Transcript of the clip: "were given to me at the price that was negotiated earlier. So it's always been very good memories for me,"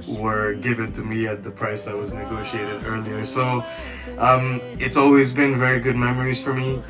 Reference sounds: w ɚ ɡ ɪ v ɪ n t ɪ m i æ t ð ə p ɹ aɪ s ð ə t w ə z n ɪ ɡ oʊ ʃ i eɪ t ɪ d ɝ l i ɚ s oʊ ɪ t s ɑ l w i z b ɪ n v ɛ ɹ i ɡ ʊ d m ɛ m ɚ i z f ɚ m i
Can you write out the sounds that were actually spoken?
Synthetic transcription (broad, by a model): w ɚ ɡ ɪ v ɪ n t ɪ m i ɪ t ð ə p ɹ aɪ s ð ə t w ə z n ɪ ɡ oʊ ʃ i eɪ t ɪ d ɝ l i ɚ s oʊ ɪ t s ɑ l w i z b ɪ n v ɛ ɹ i ɡ ʊ d m ɛ m ɚ i z f ɚ m i